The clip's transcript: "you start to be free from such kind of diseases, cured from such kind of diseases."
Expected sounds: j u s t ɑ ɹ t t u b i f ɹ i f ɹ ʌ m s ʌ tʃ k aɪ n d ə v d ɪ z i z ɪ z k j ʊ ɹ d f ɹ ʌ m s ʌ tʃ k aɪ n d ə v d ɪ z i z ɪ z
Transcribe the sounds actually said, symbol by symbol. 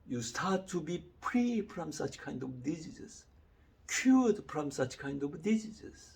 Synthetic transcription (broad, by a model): j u s t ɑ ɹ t t u b i p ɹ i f ɹ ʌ m s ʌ tʃ k aɪ n d ə v d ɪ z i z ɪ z k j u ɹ d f ɹ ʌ m s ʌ tʃ k aɪ n d ə v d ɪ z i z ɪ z